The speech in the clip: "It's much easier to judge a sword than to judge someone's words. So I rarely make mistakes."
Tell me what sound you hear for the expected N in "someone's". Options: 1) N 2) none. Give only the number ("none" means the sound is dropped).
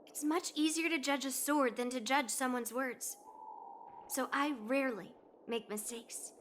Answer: 1